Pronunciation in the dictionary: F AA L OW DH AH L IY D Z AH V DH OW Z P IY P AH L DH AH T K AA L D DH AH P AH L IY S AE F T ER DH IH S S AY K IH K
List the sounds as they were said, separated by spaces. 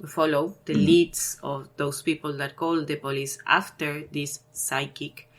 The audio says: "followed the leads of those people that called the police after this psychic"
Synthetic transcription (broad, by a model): F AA L OW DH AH L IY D S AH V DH OW S P IY P AH L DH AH T K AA L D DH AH P AH L IY S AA F T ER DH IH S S AY K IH K